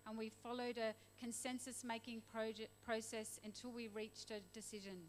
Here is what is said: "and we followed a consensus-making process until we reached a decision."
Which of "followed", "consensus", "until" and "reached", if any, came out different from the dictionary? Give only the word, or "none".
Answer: none